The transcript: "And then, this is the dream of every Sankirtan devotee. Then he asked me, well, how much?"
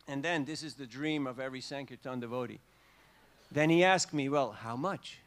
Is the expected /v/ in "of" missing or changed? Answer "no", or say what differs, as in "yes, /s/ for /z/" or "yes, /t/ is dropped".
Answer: no